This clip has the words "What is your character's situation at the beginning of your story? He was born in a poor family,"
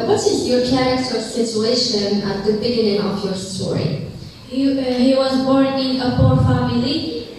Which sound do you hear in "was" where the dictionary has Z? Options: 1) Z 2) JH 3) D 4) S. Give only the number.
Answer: 1